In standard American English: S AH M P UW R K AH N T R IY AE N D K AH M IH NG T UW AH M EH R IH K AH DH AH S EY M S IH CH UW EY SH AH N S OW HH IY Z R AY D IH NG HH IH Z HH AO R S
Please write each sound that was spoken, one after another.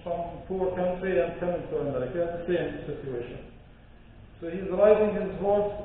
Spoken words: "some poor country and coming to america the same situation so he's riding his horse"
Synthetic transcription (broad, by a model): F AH M P UW R K AH N T R IY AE N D K AH M IH NG T UW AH M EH R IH K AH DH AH S EY M S IH CH UW EY SH AH N S OW HH IY Z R AY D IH NG HH IH Z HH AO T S